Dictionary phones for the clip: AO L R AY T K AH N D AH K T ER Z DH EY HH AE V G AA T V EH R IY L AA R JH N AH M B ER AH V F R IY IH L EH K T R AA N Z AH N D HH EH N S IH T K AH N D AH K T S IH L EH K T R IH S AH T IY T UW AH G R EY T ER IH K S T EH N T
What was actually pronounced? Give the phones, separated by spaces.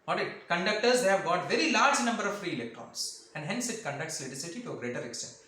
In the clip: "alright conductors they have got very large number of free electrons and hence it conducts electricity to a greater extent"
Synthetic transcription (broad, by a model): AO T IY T K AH N D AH K T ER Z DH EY HH AE V G AA T V EH R IY L AA R JH N AH M B ER AH V F R IY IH L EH K T R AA N S AH N D HH EH N S IH T K AH N D AH K T S L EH T IH S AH T IY T UW AH G R EY T ER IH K S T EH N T